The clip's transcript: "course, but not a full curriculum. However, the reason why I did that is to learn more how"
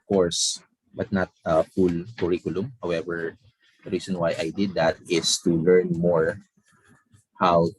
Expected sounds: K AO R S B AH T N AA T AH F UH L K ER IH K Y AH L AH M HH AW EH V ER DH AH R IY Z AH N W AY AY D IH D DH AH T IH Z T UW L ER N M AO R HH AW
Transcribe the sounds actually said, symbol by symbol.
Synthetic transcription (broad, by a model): K AO R S B AH T N AA T AH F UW L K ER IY K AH L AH M HH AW EH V ER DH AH R IY S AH N W AY AY D IH D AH T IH S T UW L ER N M AO R HH AW